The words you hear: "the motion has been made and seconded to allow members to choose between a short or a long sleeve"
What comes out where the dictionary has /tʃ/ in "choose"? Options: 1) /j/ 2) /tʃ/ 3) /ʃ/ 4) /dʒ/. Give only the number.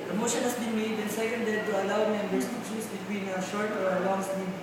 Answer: 3